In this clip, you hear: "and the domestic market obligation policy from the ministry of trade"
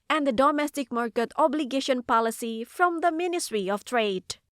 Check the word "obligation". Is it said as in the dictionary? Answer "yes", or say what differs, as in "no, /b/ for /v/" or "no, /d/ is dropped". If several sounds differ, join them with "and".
yes